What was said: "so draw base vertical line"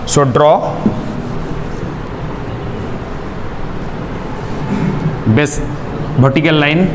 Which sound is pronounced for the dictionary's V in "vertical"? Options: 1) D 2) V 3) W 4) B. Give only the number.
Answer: 4